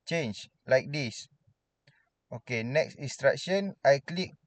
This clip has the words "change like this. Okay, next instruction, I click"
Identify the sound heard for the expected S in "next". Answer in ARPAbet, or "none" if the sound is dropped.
S